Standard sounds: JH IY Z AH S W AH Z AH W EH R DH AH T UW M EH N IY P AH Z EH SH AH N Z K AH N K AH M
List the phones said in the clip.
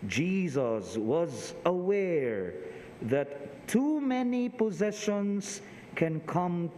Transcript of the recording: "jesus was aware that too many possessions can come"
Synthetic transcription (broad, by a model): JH IY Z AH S W AH Z AH W EH R DH AH T UW M EH N IY P AH Z EH SH AH N Z K AH N K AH M